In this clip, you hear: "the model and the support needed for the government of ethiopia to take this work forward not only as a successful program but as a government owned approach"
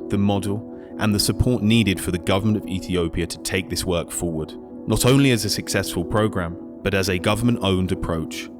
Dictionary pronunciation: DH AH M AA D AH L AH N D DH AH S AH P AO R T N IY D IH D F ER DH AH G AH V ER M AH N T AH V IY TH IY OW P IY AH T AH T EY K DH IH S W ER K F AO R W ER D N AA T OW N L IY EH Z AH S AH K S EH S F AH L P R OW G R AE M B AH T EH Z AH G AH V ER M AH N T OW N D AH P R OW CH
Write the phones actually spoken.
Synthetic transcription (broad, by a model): DH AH M AA D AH L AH N DH AH S AH P AO R T N IY D IH D F ER DH AH G AH V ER M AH N T AH V IY TH IY OW P IY AH T AH T EY K DH IH S W ER K F AO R W ER D N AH T OW N L IY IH Z AH S AH K S EH S F AH L P R OW G R AE M B AH T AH Z AH G AH V ER M AH N T OW N D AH P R OW CH